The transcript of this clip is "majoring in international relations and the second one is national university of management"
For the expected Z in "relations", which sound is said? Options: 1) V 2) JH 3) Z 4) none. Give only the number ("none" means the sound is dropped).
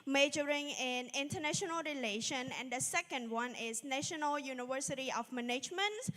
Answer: 4